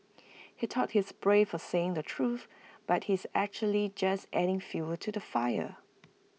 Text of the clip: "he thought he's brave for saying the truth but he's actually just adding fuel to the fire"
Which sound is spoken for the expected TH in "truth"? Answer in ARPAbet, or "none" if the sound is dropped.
TH